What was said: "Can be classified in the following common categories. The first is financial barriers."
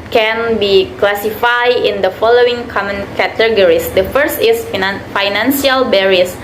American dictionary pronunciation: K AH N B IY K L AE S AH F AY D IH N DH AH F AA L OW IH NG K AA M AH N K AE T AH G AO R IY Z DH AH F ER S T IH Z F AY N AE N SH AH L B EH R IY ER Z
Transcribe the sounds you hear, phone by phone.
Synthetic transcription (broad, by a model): K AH N B IY K L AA S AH F AY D IH N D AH F AA L OW IH NG K AA M AH N K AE T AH G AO R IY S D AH F ER S T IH S F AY N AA N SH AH L B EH R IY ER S